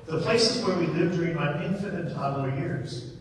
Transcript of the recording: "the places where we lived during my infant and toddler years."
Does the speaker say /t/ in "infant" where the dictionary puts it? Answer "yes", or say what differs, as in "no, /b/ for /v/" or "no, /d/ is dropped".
no, /t/ is dropped